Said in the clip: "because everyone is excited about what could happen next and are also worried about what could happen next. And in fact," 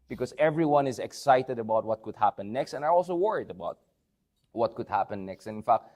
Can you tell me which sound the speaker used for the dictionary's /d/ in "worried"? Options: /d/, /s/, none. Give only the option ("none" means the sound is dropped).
/d/